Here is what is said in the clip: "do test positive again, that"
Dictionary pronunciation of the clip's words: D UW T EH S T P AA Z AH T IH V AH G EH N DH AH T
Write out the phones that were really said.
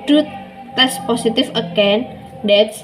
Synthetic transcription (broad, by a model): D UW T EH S P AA S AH T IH F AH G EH N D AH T